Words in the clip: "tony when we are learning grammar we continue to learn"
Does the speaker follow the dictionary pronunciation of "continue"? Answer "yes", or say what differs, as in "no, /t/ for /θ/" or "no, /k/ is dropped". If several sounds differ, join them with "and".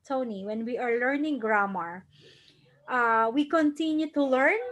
yes